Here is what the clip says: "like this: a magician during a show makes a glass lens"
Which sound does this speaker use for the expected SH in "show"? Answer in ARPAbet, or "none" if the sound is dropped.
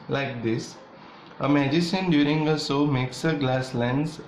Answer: S